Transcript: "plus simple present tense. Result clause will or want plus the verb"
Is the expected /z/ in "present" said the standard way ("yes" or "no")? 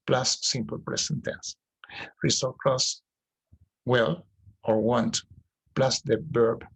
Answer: no